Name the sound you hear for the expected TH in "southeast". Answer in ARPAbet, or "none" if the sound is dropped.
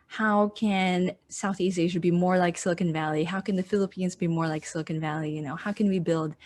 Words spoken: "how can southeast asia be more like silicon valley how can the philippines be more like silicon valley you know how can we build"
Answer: TH